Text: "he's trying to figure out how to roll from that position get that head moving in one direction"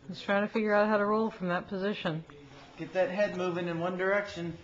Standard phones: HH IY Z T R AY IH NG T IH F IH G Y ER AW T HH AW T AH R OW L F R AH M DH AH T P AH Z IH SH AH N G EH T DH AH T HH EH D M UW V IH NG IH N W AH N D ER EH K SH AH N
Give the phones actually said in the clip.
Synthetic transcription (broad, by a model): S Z T R AY IH NG T IH F IH G Y ER AW T HH AW T AH R OW L F R AH M DH AH T P AH Z IH SH AH N G EH T DH AH T HH EH D M UW V IH NG IH N W AH N D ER EH K SH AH N